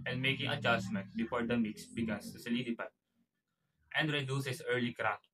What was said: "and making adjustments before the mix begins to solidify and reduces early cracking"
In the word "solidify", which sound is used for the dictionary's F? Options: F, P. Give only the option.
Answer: P